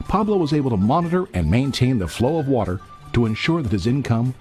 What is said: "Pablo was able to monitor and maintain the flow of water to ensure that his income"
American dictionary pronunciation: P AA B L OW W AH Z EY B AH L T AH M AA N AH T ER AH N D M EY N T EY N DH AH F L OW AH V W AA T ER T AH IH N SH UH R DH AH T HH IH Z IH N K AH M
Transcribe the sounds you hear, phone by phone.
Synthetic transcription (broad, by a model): P AA B L OW W AH Z EY B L T AH M AA N AH T ER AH N M EY N T EY N DH AH F L OW AH V W AA T ER T AH IH N SH UH R DH AH T HH IH Z IH N K AH M